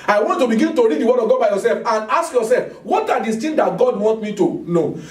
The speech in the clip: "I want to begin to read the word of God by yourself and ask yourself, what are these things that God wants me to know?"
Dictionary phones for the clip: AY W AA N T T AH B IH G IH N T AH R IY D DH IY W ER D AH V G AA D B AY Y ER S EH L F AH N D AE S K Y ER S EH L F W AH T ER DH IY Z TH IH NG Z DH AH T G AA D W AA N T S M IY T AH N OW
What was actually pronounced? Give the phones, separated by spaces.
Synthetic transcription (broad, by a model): AY W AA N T T AH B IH G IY N T AH R IY D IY W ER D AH G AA B AY Y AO S EH L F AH N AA S K Y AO S EH L F W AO T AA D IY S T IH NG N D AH T G AA D W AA N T M IY T AH N OW